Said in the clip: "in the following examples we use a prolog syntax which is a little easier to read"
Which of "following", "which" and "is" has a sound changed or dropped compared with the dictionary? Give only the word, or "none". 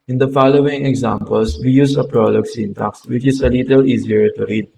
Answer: is